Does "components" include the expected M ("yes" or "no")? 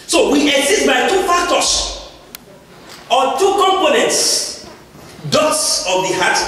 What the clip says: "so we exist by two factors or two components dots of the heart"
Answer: yes